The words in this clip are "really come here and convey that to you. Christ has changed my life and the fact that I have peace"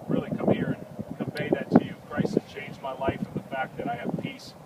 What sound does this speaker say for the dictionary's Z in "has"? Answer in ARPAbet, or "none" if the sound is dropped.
S